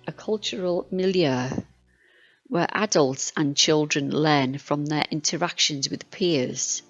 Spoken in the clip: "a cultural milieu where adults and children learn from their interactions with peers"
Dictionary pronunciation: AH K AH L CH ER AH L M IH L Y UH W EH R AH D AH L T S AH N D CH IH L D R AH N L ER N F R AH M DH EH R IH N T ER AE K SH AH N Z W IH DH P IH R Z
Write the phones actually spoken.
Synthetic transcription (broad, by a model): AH K AH L CH ER AH L M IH L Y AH W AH R AH D AH L T S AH N CH IH L D R AH N L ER N F R AH M DH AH R IH N T ER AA K SH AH N Z W IH DH P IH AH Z